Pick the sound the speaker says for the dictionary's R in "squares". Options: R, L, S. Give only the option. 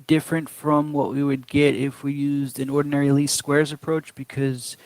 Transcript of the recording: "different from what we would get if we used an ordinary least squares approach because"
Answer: R